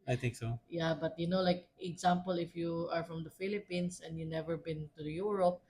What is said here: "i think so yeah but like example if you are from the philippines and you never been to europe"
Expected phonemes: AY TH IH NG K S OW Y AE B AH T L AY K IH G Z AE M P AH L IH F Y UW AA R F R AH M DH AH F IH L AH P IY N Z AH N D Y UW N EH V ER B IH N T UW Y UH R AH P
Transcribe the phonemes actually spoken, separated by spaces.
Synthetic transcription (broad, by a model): AY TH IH NG K S OW Y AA B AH T L AY K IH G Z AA M P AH L IH F Y UW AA R F R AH M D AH F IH L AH P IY N S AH N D Y UW N EH V ER B IH N T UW Y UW R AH P